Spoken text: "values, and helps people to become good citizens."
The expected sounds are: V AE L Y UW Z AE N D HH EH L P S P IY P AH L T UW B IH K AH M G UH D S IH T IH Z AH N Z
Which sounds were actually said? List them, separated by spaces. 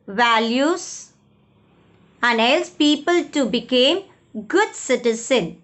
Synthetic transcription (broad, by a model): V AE L Y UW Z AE N D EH L S P IY P AH L T UW B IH K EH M G UH D S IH T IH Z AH N